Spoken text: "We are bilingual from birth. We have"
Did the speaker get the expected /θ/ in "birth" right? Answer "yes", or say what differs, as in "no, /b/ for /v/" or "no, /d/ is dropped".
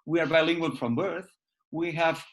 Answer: yes